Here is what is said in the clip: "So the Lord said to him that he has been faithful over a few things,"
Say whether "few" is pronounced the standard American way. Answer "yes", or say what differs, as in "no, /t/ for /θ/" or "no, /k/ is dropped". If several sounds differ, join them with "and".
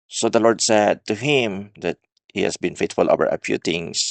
no, /p/ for /f/